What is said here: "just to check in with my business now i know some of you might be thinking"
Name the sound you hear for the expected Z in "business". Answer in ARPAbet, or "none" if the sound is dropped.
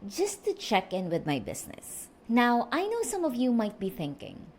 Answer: S